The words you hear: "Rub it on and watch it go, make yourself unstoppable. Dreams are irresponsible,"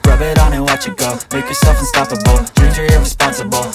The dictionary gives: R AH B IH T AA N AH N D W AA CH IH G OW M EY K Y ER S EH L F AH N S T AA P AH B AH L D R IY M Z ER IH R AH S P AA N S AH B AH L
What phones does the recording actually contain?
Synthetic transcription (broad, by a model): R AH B IH T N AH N W AA CH IH G OW M EY K Y ER S EH L F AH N S T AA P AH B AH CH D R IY Z ER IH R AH S P AA N S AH B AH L